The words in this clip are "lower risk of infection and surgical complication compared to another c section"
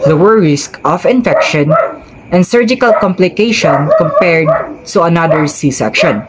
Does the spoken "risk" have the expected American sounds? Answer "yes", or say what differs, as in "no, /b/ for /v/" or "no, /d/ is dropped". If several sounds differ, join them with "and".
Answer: yes